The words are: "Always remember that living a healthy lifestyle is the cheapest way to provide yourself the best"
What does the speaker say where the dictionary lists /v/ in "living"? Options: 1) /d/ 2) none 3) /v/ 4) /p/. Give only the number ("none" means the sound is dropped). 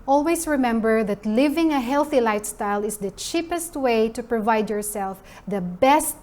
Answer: 3